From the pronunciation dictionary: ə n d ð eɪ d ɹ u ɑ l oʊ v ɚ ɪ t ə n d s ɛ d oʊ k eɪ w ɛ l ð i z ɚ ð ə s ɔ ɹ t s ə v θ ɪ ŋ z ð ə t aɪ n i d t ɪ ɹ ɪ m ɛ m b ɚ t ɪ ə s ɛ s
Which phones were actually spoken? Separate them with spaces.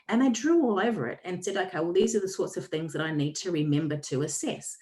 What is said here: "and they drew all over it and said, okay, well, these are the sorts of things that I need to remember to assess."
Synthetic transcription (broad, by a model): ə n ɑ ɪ d ɹ u ɑ l oʊ v ɚ ɪ t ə n s ɛ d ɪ k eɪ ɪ w ð i z ɚ ð ə s ɔ ɹ t s ə v θ ɪ ŋ z ð ə t aɪ n i d t ɪ ɹ ɪ m ɛ m b ɚ t ɪ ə s ɛ s